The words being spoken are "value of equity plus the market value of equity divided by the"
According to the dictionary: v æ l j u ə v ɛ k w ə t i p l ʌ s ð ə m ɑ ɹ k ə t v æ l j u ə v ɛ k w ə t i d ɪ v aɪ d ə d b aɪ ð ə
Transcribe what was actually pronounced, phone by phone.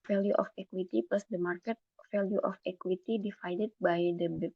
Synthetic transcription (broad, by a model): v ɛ l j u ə f ɛ k w ə t i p l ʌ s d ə m ɑ ɹ k ə t f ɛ l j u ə f ɛ k w ə t i d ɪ f aɪ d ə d b aɪ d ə